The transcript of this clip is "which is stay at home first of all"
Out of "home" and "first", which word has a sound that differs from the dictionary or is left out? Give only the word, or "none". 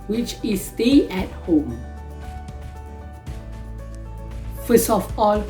first